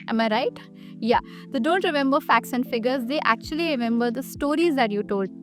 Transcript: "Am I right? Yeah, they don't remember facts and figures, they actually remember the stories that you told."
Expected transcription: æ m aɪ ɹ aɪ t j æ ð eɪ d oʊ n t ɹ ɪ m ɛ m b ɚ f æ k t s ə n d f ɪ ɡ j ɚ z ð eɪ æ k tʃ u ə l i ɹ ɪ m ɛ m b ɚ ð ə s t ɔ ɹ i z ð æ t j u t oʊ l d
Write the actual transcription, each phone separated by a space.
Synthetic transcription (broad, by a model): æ m aɪ ɹ aɪ t j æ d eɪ d oʊ n t ɹ ɪ m ɛ m b ɚ f æ k t s ə n d f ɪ ɡ ɚ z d eɪ æ k tʃ u ə l i ɹ ɪ m ɛ m b ɚ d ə s t ɔ ɹ i z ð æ t j u t oʊ l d